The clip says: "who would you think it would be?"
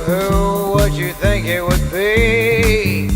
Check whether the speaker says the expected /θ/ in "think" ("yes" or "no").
yes